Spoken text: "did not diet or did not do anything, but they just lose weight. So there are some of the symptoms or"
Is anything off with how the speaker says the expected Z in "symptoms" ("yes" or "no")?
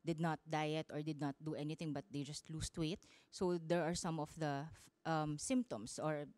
yes